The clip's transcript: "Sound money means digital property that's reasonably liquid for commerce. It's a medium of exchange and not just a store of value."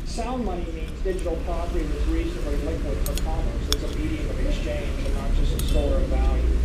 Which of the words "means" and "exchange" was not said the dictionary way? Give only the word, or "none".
none